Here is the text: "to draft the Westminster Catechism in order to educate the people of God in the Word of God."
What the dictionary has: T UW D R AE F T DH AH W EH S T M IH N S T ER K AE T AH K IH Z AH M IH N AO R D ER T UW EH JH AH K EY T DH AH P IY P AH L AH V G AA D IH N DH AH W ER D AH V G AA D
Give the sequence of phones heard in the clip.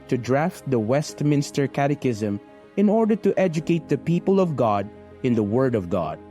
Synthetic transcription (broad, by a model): T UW D R AE F T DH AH W EH S T M IH N S T ER K AE T AH K IH Z AH M IH N AO R D ER T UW EH JH AH K EY T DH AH P IY P AH L AH V G AA D IH N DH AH W ER D AH V G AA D